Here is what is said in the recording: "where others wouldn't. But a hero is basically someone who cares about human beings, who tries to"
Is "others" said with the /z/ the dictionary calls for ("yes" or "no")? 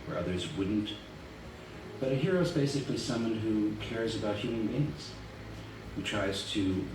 yes